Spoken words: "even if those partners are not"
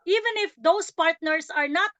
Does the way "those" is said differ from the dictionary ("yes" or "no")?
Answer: yes